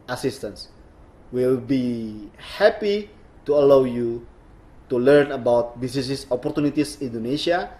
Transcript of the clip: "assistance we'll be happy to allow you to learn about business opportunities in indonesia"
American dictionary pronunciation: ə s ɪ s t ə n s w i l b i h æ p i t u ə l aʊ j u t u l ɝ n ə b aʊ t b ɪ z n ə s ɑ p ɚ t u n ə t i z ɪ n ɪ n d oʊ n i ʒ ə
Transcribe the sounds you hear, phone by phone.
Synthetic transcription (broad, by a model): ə s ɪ s t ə n s w i l b i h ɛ p i t u ə l aʊ j u t u l ɝ n ə b aʊ t b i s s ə s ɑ p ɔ t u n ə t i s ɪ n n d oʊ n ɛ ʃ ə